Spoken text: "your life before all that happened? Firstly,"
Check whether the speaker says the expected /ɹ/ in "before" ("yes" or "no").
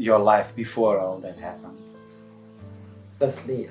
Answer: yes